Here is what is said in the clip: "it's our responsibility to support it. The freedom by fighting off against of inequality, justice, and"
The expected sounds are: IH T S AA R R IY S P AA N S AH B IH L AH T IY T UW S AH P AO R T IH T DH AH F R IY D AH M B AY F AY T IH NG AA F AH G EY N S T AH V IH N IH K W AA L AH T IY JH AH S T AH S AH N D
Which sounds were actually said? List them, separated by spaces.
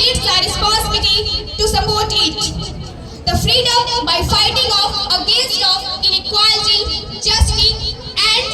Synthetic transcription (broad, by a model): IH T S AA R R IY S P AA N S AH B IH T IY T UW S AH P AO R T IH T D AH F R IY D AH M B AY F AY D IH NG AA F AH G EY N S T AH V IH N IH K W AA L AH T IY JH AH S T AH AH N